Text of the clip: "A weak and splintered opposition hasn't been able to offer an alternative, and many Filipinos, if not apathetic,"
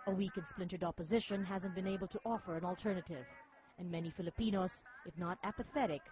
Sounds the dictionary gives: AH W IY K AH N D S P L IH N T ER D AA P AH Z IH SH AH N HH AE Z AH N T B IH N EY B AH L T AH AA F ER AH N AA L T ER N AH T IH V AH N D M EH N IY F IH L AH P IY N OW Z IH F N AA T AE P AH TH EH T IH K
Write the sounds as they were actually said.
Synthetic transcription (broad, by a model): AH W IY K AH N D S P L IH N T ER D AA P AH Z IH SH AH N HH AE Z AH N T B IH N EY B L T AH AA F ER AH N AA L T ER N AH T IH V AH N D M EH N IY F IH L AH P IY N OW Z IH F N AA T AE P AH TH EH T IH K